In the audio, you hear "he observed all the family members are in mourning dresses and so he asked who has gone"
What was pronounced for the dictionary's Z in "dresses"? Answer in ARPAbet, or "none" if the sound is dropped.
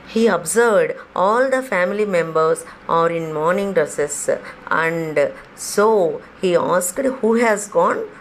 S